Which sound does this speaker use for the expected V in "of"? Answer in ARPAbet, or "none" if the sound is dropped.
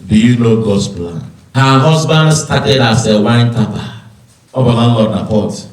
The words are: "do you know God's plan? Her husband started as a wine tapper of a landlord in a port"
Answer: B